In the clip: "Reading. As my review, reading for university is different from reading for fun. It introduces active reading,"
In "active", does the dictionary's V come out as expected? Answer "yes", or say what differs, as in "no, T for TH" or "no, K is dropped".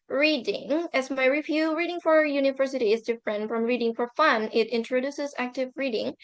yes